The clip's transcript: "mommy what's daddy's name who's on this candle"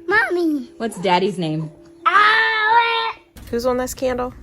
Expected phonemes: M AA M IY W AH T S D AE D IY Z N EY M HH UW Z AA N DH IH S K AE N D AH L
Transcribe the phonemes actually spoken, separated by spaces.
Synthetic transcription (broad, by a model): M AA M IY W AH T S D AE D IY Z N EY M HH UW Z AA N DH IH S K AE N D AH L